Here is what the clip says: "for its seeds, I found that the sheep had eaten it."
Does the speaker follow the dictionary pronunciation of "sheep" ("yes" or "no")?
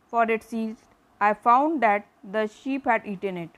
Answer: yes